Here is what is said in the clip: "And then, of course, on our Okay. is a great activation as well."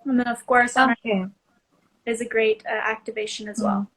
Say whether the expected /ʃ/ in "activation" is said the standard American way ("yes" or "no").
yes